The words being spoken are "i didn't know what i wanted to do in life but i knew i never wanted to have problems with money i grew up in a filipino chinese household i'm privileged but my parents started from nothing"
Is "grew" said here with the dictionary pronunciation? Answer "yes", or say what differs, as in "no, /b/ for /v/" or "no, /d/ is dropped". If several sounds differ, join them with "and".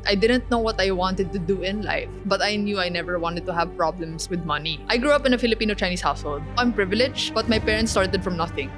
yes